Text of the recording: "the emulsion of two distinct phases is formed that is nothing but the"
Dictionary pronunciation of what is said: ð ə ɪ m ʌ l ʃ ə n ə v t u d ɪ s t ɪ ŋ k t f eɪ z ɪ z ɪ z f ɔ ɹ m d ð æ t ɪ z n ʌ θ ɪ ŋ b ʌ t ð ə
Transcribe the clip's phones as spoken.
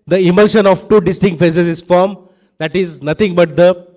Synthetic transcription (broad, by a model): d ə ɪ m ʌ l ʃ ə n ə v t u d ɪ s t ɪ ŋ k t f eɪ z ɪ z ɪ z f ɔ ɹ m d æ t ɪ z n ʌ t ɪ ŋ b ʌ t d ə